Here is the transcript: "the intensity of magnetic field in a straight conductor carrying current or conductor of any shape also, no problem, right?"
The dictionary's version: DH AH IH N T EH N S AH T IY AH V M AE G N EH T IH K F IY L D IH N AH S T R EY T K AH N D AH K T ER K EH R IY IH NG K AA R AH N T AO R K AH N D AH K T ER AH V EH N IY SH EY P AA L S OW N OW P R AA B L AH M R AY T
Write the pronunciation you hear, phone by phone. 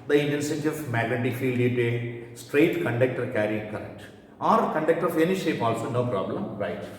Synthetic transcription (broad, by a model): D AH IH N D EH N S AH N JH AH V M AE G L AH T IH F IY L D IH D AH S T R EY T K AH N D AH K T ER K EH R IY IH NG K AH R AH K T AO R K AH N D AH K T ER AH F EH N IY SH EY P AA L S OW N OW P R AA B L AH M R AY T